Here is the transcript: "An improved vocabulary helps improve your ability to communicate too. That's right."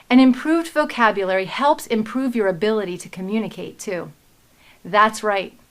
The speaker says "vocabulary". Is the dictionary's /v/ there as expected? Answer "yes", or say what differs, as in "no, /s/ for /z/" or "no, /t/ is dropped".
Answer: yes